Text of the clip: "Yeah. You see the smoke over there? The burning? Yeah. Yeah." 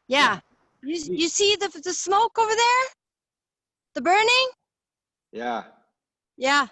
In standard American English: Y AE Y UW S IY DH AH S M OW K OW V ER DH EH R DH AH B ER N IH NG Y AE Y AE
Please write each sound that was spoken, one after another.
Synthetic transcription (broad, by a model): Y AE Y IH S IY DH AH S M OW K OW V ER DH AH R DH AH B ER N IH NG Y AE Y AE